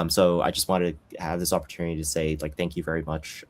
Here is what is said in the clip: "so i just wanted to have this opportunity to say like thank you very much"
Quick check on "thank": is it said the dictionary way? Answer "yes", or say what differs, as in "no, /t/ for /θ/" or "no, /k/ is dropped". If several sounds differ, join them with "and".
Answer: yes